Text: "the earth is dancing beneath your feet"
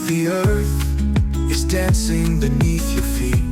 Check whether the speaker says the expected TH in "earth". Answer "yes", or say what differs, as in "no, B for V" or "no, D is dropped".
yes